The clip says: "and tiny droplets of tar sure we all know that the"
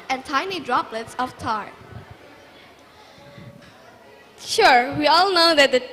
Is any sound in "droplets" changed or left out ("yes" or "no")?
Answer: no